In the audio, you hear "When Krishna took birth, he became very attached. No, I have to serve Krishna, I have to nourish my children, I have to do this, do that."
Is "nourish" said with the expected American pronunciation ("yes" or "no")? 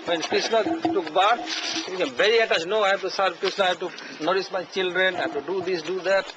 no